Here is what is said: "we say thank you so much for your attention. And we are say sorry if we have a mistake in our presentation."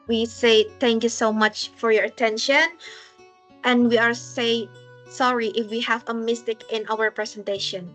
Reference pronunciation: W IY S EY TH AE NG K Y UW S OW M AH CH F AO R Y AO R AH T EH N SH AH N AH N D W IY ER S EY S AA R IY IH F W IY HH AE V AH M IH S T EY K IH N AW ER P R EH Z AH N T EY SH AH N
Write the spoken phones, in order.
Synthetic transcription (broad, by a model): W IY S EY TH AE NG K Y UW S OW M AH CH F AO R Y AO R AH T EH N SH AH N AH N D W IY ER S EY S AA R IY IH F W IY HH AE V AH M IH S T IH K IH N AW ER P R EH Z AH N T EY SH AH N